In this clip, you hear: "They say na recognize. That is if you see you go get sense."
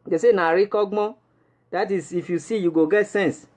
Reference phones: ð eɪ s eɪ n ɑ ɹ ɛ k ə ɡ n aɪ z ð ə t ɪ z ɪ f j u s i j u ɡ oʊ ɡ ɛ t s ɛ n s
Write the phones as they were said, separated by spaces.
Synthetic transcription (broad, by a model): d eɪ s eɪ n ɑ ɹ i k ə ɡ ɔ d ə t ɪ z ɪ f j u s i j u ɡ oʊ ɡ ɛ t s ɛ n s